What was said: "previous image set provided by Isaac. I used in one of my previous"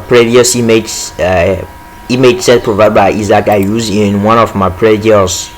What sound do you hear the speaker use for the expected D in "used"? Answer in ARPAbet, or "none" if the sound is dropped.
none